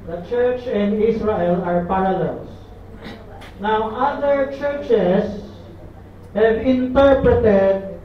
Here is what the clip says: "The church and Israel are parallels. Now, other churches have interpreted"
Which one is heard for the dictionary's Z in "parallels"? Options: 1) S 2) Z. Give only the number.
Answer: 1